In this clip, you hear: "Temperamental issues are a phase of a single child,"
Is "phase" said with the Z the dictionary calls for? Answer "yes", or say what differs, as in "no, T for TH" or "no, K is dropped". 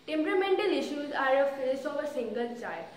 no, S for Z